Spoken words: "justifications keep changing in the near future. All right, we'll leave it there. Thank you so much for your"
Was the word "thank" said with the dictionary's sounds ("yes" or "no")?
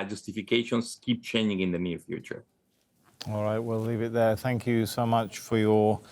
yes